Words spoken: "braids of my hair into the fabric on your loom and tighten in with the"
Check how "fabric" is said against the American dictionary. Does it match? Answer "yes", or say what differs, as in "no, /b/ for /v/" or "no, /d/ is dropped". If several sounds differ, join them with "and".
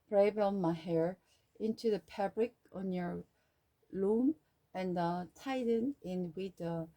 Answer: no, /p/ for /f/